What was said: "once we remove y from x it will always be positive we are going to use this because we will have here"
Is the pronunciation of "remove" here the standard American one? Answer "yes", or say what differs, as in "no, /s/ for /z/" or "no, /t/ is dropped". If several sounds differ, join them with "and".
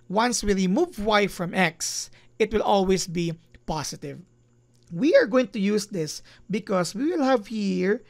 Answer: no, /l/ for /ɹ/